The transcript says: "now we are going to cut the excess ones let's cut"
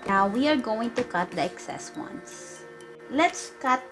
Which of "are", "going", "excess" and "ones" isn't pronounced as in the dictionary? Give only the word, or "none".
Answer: ones